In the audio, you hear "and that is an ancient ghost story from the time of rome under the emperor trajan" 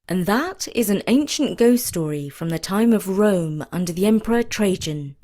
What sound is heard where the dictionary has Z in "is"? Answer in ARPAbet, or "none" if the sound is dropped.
Z